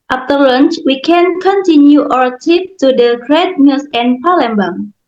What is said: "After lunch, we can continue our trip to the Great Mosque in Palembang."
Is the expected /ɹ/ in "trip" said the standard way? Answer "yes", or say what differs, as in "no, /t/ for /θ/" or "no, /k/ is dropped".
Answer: no, /ɹ/ is dropped